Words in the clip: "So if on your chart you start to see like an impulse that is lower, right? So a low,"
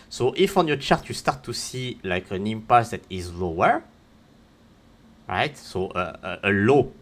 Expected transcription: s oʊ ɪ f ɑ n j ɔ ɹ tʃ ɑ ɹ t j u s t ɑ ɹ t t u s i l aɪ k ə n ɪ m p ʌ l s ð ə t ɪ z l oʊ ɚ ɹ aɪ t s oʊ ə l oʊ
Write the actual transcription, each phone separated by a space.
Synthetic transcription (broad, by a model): s oʊ ɪ f ɑ n j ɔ tʃ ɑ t j u s t ɑ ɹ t t u s i l aɪ k ə n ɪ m p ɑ s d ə t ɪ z l oʊ ɚ ɹ aɪ t s oʊ ə l oʊ